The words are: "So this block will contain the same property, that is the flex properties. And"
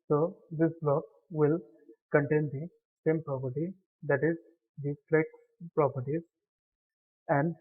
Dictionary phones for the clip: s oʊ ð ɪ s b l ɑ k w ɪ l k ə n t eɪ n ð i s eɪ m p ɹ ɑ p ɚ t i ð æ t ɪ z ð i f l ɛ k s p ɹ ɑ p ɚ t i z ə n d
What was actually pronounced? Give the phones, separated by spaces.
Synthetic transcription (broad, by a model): s oʊ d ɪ s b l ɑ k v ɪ l k ə n t eɪ n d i s eɪ m p ɹ ɑ p ɚ t i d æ t ɪ z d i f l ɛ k p ɹ ɑ p ɚ t i z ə n d